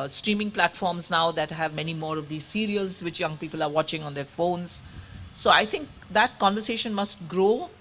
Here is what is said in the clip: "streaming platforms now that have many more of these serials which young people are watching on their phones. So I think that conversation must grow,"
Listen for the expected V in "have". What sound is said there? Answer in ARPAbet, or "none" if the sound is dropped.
V